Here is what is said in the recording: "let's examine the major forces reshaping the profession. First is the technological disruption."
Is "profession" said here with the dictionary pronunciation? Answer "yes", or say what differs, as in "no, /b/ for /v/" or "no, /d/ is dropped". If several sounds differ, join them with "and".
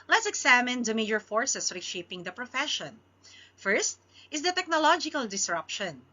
yes